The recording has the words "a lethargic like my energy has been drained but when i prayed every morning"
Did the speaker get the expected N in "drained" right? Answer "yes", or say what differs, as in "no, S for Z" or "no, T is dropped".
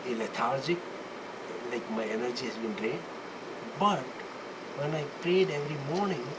no, N is dropped